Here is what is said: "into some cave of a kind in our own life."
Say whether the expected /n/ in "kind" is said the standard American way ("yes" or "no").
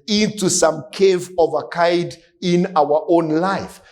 no